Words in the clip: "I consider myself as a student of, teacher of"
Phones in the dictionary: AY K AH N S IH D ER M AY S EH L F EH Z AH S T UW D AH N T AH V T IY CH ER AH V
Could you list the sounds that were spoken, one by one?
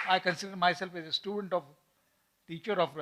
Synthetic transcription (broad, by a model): AY K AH N S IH D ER M AY S EH L F EH Z AH S T UW D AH N T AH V T IY CH ER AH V